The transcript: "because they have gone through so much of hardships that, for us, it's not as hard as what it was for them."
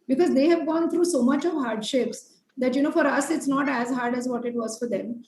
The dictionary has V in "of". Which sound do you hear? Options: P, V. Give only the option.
V